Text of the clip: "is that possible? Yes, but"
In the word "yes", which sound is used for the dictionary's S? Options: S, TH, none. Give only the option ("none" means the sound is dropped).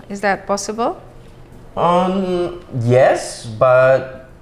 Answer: S